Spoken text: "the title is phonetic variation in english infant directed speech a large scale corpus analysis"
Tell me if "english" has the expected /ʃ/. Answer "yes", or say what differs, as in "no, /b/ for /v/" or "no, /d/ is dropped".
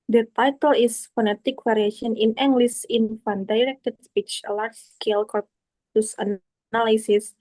no, /s/ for /ʃ/